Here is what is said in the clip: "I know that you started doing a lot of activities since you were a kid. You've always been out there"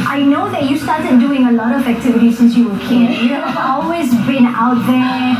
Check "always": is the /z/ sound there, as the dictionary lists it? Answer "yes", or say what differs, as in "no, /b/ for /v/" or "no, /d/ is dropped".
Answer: yes